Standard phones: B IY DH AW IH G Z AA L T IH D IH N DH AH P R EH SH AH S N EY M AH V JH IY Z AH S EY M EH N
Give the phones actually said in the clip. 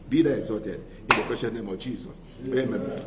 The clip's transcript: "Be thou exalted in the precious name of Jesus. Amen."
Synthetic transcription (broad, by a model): B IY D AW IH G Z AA T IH D IH N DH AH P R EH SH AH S N EY M AH V JH IY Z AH S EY M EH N